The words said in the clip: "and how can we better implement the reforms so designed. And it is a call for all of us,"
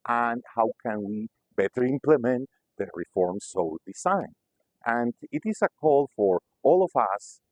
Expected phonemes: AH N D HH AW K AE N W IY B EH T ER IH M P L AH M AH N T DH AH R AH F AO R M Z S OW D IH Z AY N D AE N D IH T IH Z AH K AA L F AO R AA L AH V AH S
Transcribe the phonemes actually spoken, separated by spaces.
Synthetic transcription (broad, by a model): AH N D HH AW K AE N W IY B EH T ER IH M P L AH M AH N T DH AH R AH F AO R M S OW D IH S AY N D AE N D IH T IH S AH K AA L F AO R AA L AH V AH S